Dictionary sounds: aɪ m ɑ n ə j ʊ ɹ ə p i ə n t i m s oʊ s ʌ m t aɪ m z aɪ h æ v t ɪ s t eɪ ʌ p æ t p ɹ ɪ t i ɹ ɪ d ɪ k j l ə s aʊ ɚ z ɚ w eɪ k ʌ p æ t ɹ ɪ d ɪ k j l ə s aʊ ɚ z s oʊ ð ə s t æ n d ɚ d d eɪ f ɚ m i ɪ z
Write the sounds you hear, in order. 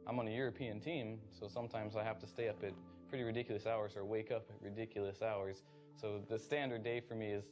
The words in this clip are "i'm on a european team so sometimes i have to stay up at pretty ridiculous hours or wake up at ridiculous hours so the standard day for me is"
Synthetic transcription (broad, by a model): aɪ m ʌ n ə j ʊ ɹ ə p i ə n t i m s oʊ s ʌ m t aɪ m z aɪ h æ f t ɪ s t eɪ ʌ p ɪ t p ɹ ɪ t i ɹ ɪ d ɪ k j l ə s aʊ ɚ z ɚ w eɪ k ʌ p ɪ t ɹ ɪ d ɪ k j l ə s aʊ ɚ z s oʊ ð ə s t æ n d ɚ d d eɪ f ɚ m i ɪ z